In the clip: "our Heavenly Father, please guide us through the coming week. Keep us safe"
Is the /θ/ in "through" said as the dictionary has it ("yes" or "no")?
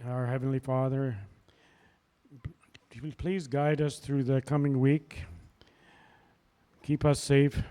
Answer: yes